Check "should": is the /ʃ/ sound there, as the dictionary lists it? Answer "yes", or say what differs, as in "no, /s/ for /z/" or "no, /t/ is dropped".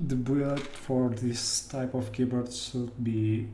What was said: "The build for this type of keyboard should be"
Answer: no, /s/ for /ʃ/